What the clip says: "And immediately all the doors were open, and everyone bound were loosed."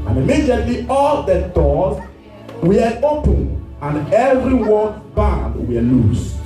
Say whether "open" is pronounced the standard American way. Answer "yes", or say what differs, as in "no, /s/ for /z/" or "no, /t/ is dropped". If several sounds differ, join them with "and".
yes